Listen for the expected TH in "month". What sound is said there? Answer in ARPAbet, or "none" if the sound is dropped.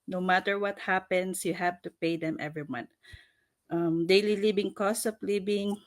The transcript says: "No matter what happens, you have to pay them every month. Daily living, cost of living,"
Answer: T